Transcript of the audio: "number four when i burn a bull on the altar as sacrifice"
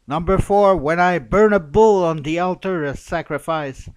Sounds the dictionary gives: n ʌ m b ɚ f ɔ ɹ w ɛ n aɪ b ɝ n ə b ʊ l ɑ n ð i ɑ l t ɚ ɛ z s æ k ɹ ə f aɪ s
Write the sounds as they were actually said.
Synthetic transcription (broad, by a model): n ʌ m b ɚ f ɔ ɹ w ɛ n aɪ b ɝ n ə b ʊ l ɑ n ð i ɑ l t ɚ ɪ s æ k ɹ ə f aɪ s